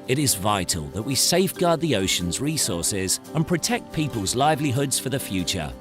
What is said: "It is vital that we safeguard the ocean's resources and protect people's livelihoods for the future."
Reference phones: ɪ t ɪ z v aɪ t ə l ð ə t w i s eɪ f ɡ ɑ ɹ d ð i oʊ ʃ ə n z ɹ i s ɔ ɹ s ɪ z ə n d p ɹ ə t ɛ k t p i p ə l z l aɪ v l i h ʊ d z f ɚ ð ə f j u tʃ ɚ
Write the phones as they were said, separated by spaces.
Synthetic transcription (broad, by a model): ɪ t ɪ z v aɪ t ə l ð ə t w i s eɪ f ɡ ɑ d ð i oʊ ʃ ə n z ɹ i s ɔ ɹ s ɪ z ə n p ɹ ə t ɛ k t p i p ə l z l aɪ v l i h ʊ d z f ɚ ð ə f j u tʃ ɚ